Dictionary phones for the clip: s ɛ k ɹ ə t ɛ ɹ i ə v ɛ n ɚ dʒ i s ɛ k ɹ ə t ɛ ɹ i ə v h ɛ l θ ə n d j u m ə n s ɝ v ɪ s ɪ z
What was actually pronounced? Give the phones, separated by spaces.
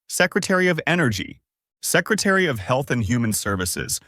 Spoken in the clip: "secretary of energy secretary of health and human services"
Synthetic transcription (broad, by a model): s ɛ k ɹ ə t ɛ ɹ i ə v ɛ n ɚ dʒ i s ɛ k ɹ ə t ɛ ɹ i ə v h ɛ l θ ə n j u m ə n s ɝ v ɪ s ɪ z